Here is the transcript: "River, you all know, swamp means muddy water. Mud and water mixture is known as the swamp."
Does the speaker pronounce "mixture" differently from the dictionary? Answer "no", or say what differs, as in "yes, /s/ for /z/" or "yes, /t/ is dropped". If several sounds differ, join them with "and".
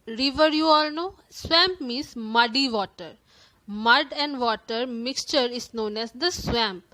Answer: no